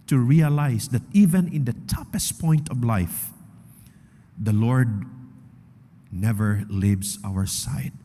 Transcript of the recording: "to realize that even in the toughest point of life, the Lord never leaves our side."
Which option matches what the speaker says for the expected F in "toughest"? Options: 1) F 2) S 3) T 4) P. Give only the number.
4